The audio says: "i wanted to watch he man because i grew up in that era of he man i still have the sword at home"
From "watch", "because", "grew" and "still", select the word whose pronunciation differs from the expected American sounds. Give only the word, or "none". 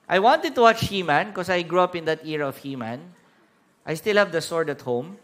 because